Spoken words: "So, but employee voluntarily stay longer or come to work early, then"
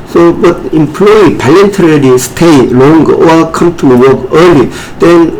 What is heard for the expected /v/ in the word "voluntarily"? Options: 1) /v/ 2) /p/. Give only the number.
2